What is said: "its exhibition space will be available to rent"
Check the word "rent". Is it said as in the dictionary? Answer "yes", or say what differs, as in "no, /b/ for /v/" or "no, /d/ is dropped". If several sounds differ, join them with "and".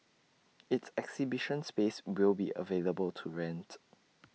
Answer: yes